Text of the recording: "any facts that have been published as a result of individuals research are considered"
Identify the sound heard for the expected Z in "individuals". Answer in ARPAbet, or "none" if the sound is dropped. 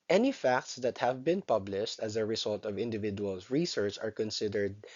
none